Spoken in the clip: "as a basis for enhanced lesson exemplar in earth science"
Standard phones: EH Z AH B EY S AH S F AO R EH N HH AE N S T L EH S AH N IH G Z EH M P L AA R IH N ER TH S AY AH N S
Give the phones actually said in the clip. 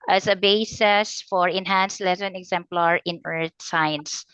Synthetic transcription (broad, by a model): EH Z AH B EY S AH S F AO R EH N HH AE N S L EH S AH N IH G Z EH M P L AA R IH N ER T S AY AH N S